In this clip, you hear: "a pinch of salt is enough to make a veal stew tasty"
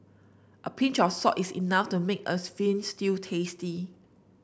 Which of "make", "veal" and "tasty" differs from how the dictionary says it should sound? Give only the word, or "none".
veal